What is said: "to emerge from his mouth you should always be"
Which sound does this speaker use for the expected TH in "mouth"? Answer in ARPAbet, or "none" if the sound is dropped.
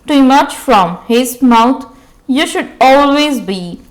T